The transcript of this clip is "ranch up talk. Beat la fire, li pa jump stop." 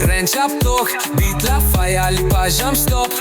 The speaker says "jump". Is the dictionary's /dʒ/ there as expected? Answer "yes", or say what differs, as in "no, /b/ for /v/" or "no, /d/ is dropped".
no, /ʒ/ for /dʒ/